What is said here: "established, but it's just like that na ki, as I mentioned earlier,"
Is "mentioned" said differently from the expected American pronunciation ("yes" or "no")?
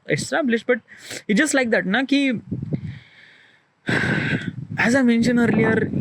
yes